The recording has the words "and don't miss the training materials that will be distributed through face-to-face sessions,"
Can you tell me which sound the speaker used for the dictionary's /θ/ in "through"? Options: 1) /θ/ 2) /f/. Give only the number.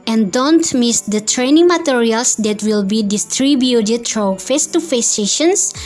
2